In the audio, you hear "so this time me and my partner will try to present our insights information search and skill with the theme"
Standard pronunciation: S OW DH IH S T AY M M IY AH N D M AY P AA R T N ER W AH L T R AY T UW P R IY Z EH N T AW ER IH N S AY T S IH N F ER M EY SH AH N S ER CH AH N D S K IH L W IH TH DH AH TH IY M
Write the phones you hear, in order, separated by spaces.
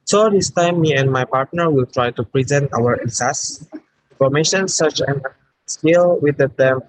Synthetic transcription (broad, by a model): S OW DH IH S T AY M M IY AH N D M AY P AA R T N ER W AH L T R AY T UW P R IY Z EH N T AW ER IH S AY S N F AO M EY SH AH N S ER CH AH N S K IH L W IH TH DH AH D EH M